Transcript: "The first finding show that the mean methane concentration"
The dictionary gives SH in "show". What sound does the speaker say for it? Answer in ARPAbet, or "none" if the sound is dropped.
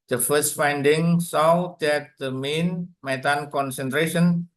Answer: S